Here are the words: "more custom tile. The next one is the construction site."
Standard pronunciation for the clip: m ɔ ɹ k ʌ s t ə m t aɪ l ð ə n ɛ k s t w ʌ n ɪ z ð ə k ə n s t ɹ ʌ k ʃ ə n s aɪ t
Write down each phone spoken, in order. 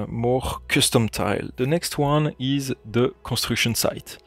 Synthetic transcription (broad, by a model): m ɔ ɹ k ʌ s t ə m t aɪ l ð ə n ɛ k s t w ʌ n ɪ z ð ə k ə s t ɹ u k ʃ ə n s aɪ t